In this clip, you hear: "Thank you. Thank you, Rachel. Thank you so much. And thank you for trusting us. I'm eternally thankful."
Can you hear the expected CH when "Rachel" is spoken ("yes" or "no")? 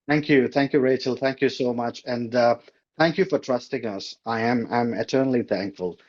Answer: yes